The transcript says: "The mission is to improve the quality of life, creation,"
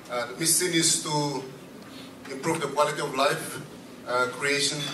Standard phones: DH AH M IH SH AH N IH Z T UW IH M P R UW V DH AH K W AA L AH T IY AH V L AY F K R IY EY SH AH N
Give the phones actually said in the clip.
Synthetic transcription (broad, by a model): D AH M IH S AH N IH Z T UW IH M P R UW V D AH K W AA L AH T IY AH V L AY F K R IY EY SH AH N